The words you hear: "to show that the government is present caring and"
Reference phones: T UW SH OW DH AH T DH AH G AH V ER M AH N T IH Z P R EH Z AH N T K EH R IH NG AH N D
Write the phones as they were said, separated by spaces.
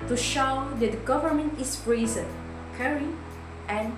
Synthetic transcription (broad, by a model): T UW SH OW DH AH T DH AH G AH V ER M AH N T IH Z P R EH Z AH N K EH R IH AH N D